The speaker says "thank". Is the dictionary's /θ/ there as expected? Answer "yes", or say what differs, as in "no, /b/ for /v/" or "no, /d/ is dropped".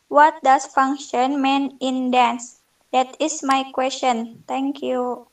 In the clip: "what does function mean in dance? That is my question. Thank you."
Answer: no, /t/ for /θ/